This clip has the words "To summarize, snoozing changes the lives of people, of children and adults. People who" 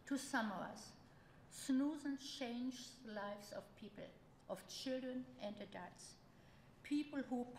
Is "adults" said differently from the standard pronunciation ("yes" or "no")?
yes